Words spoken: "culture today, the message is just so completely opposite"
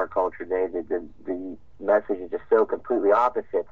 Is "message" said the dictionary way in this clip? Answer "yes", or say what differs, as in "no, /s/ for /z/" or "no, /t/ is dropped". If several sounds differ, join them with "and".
yes